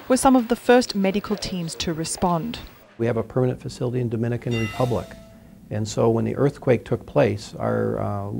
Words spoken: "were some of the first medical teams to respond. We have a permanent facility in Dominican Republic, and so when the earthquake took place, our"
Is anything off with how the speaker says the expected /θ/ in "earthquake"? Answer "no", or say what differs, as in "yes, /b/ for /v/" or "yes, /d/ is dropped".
no